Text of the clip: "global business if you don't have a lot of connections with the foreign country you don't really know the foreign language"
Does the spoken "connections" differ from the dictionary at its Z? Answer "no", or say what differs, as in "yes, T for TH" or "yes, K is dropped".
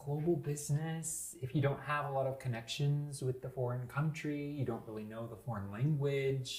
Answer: no